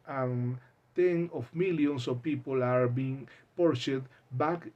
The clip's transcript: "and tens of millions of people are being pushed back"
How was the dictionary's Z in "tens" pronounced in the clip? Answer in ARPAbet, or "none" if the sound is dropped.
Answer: none